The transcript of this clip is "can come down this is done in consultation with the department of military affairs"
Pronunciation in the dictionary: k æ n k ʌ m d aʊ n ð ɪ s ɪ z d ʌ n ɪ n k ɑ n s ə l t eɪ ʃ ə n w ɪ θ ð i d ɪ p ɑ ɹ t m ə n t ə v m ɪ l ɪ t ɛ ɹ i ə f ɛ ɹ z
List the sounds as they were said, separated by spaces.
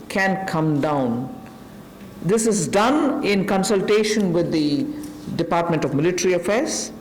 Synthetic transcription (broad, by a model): k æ n k ʌ m d aʊ n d ɪ s ɪ z d ʌ n ɪ n k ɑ n s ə l t eɪ ʃ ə n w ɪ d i d ɪ p ɑ ɹ t m ə n t ə v m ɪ l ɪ t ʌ ɹ i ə f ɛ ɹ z